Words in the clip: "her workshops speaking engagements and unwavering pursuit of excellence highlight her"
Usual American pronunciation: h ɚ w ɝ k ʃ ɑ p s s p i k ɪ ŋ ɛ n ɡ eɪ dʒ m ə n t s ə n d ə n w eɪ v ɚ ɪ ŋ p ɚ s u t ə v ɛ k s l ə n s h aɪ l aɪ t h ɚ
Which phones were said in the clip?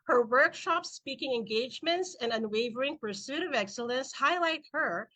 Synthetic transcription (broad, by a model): h ɚ w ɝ k ʃ ɑ p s s p i k ɪ ŋ ɛ n ɡ eɪ dʒ m ə n t s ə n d ə n w eɪ v ɚ ɪ ŋ p ɚ s u t ə v ɛ k s l ə n s h aɪ l aɪ t h ɚ